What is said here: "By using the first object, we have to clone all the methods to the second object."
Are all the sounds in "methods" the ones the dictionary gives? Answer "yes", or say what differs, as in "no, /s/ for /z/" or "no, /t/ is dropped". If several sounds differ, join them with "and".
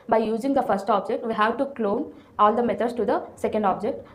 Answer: no, /t/ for /θ/